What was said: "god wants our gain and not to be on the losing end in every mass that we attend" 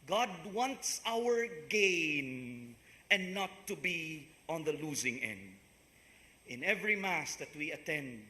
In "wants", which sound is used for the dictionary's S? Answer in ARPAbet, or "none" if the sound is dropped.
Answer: S